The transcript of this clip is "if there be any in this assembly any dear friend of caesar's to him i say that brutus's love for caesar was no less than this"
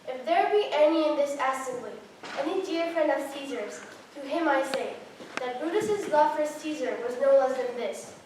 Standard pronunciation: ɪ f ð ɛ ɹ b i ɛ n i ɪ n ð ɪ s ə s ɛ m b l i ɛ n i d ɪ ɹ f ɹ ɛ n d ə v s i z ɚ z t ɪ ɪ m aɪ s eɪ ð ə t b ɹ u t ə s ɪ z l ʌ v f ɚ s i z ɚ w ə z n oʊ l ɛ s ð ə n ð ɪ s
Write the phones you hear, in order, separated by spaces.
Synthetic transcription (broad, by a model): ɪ f ð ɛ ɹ b i ɛ n i ɪ n ð ɪ s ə s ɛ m b l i ɛ n i d ɪ ɹ f ɹ ɛ n d ə v s i z ɚ z t ɪ ɪ m aɪ s eɪ ð ə t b u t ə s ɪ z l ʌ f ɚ s i z ɚ w ə z n oʊ n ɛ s ð ə n ð ɪ s